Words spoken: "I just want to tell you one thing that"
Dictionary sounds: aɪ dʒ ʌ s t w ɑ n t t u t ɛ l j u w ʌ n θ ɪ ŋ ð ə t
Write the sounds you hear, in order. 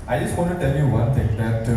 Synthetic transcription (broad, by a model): aɪ dʒ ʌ s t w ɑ n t t u t ɛ l j u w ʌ n t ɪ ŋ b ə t